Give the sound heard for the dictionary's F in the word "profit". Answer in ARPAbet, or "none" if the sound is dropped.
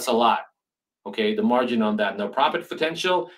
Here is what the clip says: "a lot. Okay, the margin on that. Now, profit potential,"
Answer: P